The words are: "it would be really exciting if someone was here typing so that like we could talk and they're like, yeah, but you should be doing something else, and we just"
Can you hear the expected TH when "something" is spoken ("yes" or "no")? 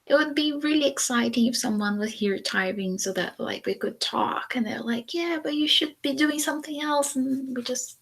yes